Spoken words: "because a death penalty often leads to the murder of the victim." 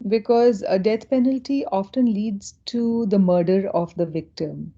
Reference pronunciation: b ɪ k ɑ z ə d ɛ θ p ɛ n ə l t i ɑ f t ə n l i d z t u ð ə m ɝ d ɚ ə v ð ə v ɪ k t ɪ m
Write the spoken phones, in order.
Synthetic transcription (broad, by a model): b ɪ k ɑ z ə d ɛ t p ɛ n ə l t i ɑ f t ə n l i d z t u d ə m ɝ d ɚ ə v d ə v ɪ k t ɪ m